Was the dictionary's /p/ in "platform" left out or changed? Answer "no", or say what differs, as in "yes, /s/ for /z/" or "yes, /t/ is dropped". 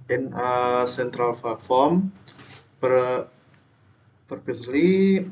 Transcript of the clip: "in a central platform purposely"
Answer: yes, /f/ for /p/